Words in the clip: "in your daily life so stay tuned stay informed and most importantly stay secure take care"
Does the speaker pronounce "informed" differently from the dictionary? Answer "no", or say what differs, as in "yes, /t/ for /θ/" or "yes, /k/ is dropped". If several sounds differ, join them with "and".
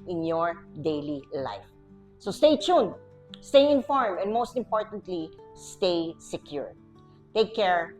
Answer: yes, /d/ is dropped